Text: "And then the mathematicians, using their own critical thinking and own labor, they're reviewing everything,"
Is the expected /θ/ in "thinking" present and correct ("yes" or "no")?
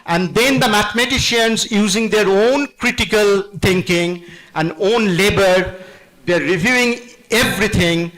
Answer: no